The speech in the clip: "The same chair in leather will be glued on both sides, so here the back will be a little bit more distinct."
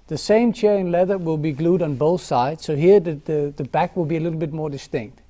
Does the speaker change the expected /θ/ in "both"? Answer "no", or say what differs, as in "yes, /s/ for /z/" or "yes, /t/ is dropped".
no